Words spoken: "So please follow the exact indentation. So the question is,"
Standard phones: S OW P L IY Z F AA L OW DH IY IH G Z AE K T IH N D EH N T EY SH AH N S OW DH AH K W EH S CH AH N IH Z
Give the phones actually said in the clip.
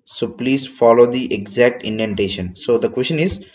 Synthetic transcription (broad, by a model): S OW P L IY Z F AA L OW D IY IH G Z AE K T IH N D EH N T EY SH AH N S OW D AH K W EH S CH AH N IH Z